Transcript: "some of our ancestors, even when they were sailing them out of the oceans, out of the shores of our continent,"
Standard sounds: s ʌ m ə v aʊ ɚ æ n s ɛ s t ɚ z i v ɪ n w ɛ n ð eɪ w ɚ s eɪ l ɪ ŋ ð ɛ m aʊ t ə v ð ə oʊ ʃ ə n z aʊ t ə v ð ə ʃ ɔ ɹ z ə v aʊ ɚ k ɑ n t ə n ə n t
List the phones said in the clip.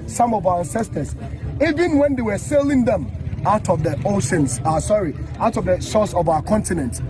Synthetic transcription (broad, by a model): s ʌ m ə v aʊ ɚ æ n s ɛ s t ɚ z i v ɪ n w ɛ n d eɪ w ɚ s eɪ l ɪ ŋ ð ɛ m aʊ t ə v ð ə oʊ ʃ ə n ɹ aʊ t ə v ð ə s ɔ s ə v aʊ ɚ k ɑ n t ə n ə n t